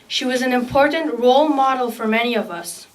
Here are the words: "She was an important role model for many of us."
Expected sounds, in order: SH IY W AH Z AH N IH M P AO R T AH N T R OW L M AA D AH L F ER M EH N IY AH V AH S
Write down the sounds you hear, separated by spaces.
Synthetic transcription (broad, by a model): SH IY W AH Z AH N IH M P AO R T N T R OW L M AA D L F ER M EH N IY AH V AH S